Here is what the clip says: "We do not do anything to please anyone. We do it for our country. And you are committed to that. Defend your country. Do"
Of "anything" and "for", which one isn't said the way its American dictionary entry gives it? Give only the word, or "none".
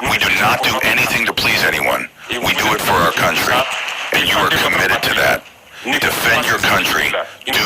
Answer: none